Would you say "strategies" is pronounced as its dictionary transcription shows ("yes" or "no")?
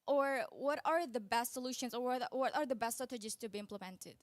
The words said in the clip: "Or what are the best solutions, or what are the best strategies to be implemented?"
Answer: no